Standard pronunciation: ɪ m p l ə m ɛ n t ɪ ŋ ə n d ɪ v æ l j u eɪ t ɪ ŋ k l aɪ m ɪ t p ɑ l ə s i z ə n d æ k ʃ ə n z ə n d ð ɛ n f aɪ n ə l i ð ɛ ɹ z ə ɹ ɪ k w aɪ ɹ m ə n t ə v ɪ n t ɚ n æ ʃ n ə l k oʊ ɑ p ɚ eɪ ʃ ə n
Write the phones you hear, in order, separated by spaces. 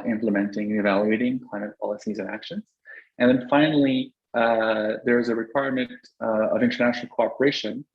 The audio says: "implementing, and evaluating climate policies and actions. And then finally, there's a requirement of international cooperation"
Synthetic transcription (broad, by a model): ɪ m p l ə m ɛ n t ɪ ŋ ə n ɪ v æ l j u eɪ t ɪ ŋ k l aɪ m ɪ t p ɑ l ə s i z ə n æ k ʃ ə n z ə n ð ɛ n f aɪ n l i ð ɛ ɹ z ə ɹ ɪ k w aɪ ɹ m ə n t ə v ɪ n t ɚ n æ ʃ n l k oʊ ɑ p ɚ eɪ ʃ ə n